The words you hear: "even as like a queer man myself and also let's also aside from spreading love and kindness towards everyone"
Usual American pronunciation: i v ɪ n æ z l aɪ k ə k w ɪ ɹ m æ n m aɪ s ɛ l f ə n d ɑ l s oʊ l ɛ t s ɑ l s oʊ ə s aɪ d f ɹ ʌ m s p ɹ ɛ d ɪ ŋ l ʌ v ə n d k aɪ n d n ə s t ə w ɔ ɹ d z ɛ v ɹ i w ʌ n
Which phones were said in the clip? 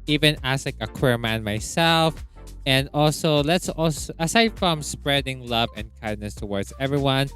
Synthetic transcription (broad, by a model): i v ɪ n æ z l aɪ k ə k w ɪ ɹ m æ n m aɪ s ɛ l f ə n d ɑ l s oʊ l ɛ t s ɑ l s oʊ ə s aɪ d f ɹ ʌ m s p ɹ ɛ d ɪ ŋ l ʌ v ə n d k aɪ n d n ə s t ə w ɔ ɹ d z ɛ v ɹ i w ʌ n